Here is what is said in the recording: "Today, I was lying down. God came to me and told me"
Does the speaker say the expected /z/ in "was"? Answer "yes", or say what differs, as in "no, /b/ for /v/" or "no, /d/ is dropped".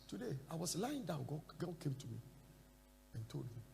no, /s/ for /z/